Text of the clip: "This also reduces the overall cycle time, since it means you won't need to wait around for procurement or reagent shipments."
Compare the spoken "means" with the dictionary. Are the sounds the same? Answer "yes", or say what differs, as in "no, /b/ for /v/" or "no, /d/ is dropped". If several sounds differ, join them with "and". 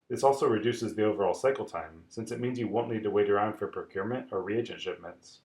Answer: yes